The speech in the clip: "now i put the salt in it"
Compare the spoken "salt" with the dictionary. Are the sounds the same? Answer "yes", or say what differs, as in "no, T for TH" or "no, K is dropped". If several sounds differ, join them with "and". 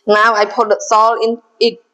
no, T is dropped